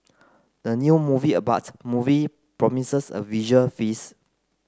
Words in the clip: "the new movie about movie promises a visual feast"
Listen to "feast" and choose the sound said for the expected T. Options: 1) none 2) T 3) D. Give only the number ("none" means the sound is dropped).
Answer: 1